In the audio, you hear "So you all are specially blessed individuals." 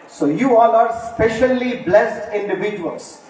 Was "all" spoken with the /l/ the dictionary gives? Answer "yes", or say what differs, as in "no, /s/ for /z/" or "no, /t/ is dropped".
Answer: no, /n/ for /l/